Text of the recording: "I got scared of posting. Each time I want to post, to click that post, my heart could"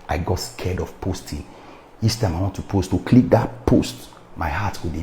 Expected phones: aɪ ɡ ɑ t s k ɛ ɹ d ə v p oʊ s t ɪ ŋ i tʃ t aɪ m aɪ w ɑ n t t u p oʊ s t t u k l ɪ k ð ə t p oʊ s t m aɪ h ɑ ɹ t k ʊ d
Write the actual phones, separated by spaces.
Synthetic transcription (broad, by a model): aɪ ɡ ɑ t s k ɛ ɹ d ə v p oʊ s t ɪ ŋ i s t aɪ m aɪ w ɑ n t t u p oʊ s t t u k l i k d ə t p oʊ s t m aɪ h ɑ t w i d